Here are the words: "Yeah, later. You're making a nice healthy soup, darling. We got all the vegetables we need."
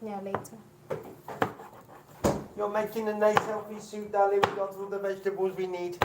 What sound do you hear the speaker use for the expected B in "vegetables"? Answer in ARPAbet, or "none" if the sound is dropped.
B